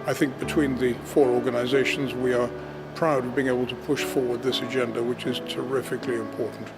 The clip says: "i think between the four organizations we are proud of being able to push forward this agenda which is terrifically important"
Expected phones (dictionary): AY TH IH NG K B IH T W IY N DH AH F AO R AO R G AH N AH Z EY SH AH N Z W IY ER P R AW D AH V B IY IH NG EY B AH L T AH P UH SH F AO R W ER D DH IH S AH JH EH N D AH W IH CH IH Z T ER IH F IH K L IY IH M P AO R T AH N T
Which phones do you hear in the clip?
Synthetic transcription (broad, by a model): AY TH IH NG K B IH T W IY N DH AH F AO R AO R G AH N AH Z EY SH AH N Z W IY ER P R AW D AH V B IY IH NG EY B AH L T AH P UH SH F AO R W ER D DH IH S AH JH EH N D AH W IH CH IH Z T ER IH F IH K L IY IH M P AO R T N T